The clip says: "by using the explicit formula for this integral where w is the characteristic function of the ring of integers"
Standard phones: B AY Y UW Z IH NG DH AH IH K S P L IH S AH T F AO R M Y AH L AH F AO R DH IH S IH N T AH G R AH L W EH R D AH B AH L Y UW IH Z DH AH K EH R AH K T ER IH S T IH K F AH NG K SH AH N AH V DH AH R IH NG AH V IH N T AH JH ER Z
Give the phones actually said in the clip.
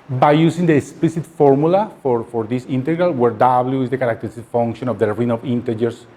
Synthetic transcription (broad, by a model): B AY Y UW S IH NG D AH K S P L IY S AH T F AO R M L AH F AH F AO R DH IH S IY N T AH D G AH L W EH R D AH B L Y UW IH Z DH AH K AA R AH K T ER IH S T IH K F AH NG K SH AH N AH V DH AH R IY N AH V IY N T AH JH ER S